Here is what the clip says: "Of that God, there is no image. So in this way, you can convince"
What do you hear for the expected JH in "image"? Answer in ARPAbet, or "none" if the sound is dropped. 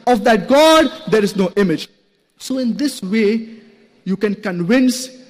JH